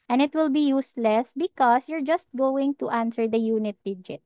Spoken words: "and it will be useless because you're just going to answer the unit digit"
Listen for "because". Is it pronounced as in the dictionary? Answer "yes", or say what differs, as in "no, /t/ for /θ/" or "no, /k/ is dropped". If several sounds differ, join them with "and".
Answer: no, /s/ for /z/